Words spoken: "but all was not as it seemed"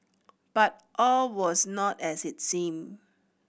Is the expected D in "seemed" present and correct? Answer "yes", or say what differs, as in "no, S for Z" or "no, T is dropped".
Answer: no, D is dropped